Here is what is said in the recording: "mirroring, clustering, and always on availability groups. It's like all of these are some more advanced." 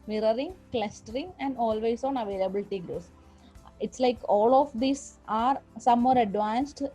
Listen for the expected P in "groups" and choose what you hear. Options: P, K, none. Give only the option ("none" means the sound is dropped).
none